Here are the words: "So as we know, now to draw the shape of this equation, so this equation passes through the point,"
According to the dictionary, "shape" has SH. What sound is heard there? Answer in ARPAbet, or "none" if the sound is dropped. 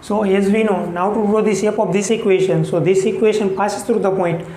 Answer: S